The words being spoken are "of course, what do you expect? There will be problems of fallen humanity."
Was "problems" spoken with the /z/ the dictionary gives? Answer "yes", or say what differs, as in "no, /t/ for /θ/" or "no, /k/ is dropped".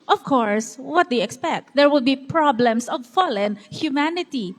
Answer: no, /s/ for /z/